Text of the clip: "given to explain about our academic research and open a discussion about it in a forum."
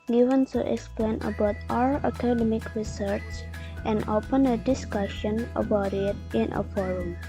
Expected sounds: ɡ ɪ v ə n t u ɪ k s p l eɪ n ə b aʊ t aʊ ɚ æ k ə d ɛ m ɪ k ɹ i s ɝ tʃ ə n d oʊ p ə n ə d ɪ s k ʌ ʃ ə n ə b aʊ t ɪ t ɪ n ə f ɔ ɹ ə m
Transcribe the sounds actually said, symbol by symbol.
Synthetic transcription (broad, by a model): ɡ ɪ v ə n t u ɪ k s p l eɪ n ə b aʊ t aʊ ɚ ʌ k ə d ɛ m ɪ k ɹ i s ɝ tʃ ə n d oʊ p ə n ə d ɪ s k ʌ ʃ ə n ə b aʊ t ɪ t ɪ n ə f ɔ ɹ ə m